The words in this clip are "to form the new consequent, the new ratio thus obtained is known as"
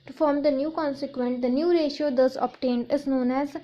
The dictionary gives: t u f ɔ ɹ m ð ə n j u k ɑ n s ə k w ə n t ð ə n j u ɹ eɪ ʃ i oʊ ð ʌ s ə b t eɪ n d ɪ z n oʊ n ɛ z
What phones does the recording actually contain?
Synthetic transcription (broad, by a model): t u f ɔ ɹ m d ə n j u k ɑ n s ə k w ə n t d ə n j u ɹ eɪ ʃ i oʊ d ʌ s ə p t eɪ n d ɪ z n oʊ n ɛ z